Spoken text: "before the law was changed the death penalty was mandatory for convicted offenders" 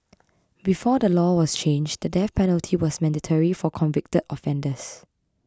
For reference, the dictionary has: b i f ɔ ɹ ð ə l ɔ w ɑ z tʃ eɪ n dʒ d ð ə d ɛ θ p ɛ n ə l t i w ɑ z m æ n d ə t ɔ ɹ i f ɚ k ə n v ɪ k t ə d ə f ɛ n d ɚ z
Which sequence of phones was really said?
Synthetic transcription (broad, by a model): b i f ɔ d ə l ɔ w ɑ s tʃ eɪ n dʒ d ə d ɛ f p ɛ n ə l t i w ɑ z m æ n d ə t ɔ ɹ i f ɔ k ə n v ɪ k t ə d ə f ɛ n d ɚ s